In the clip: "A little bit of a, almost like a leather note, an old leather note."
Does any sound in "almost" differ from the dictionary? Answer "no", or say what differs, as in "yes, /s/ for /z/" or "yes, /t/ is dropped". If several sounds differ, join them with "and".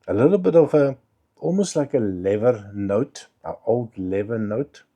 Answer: yes, /l/ is dropped